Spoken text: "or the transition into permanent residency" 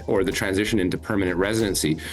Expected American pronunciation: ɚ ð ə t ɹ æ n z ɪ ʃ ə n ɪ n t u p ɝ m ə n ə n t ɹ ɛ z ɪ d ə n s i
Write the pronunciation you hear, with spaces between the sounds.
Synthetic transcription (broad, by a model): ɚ ð ə t ɹ æ n z ɪ ʃ ə n ɪ n t u p ɝ m ə n ə n t ɹ ɛ z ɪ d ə n s i